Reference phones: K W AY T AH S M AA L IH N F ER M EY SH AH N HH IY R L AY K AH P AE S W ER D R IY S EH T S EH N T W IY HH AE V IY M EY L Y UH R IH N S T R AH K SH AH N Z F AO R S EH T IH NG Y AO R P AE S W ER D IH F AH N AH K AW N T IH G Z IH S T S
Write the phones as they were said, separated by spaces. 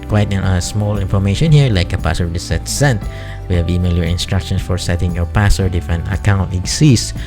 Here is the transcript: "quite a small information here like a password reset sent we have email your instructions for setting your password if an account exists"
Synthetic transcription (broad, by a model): K W AY T AH S M AA L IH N F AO M EY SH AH N HH IY R L AY K AH P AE S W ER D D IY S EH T S EH N T W IY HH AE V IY M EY L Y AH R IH N S T R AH K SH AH N S F AO R S EH T IH NG Y AO R P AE S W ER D IH F AH N AH K AW N T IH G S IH S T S